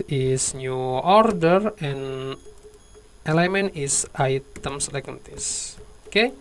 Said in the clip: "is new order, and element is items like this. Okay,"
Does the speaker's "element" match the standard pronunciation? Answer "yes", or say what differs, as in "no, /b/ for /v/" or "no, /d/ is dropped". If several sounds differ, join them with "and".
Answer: no, /t/ is dropped